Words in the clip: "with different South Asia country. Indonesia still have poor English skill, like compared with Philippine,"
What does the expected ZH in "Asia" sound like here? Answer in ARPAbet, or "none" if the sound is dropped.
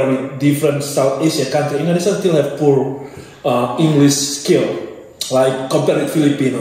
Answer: SH